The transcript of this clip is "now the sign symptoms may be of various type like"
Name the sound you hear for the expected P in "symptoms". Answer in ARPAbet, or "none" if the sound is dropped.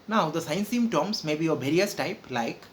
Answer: none